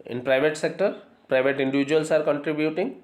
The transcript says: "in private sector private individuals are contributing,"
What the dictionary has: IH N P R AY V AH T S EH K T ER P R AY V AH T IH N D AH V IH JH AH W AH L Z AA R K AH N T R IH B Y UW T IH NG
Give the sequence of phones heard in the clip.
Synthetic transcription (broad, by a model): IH N P R AY V AH T S EH K T ER P R AY V AH T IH N D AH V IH JH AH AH L S AA R K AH N T R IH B Y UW T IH NG